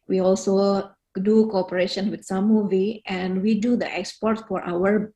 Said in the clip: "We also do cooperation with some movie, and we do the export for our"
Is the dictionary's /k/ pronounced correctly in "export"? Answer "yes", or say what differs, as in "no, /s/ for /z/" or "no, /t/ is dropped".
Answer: yes